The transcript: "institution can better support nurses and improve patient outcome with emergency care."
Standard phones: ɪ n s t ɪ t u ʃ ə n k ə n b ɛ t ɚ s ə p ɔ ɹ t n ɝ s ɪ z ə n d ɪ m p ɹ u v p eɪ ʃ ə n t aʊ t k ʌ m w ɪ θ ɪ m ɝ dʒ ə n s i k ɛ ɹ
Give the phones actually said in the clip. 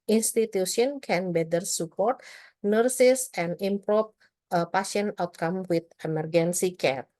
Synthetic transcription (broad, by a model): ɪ n s t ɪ t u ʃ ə n k ə n b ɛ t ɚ s ə p ɔ ɹ t n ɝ s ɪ s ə n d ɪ m p ɹ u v p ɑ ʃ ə n aʊ t k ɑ m w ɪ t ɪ m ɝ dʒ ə n s i k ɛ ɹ